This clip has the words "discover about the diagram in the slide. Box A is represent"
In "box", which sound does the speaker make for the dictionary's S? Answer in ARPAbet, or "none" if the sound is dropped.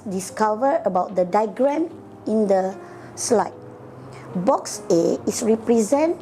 S